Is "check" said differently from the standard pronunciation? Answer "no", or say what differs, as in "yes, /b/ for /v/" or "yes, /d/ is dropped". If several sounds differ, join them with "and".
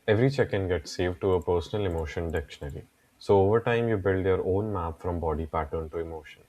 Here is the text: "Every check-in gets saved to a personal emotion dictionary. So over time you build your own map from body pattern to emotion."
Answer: no